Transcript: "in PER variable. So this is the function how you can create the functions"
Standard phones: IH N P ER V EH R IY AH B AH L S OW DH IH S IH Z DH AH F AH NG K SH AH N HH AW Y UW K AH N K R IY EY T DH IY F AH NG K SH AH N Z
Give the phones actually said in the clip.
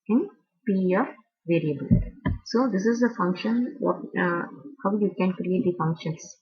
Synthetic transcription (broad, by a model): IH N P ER V EH R IY AH B AH L S OW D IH S IH Z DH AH F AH NG K SH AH N HH AW Y UW K AH N K R IY EY T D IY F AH NG K SH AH N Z